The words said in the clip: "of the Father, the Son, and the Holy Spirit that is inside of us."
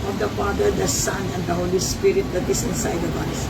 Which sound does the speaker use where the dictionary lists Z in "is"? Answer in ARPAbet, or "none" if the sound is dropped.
S